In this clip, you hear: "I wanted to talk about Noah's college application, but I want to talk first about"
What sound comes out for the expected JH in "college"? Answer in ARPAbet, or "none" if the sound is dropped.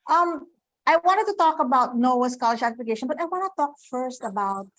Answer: SH